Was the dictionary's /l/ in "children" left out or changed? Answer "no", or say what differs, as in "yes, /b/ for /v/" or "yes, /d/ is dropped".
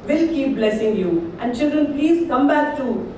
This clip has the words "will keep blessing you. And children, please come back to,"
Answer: no